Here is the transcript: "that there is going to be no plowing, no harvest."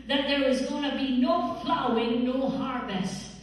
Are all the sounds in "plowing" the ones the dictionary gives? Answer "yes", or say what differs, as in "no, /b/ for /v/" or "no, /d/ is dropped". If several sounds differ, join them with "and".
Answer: no, /f/ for /p/